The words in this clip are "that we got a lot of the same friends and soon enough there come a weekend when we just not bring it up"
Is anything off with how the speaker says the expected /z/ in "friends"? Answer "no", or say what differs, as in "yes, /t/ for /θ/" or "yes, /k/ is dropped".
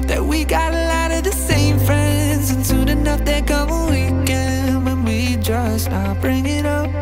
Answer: no